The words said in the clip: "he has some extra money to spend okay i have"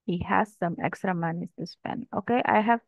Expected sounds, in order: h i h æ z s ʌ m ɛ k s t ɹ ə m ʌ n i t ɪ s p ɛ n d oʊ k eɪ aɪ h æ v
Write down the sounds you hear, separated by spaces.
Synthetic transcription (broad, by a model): h i h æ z s ʌ m ɛ k s t ɹ ə m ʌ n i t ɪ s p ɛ n oʊ k eɪ aɪ h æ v